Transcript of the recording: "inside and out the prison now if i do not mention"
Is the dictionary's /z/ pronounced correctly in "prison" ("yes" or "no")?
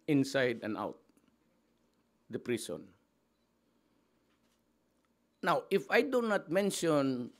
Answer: no